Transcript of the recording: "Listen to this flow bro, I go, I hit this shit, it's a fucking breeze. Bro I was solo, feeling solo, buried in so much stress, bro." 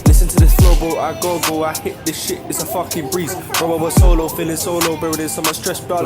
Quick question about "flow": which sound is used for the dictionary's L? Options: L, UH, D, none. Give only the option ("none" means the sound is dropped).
none